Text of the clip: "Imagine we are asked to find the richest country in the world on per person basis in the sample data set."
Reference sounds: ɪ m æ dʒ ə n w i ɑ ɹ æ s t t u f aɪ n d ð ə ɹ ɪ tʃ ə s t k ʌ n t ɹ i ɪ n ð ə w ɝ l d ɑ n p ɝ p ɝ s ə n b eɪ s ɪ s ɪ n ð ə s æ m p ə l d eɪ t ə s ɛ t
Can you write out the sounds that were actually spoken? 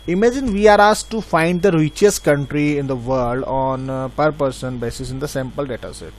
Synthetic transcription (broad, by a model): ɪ m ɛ dʒ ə n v i ɑ ɹ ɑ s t t u f aɪ n d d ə ɹ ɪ tʃ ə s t k ʌ n t ɹ i ɪ n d ə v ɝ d d ɑ n p ɝ p ɝ s ə n b eɪ s ɪ s ɪ n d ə s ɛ m p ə l d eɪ t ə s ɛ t